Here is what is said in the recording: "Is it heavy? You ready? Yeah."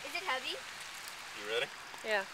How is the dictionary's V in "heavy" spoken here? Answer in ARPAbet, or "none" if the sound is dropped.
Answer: V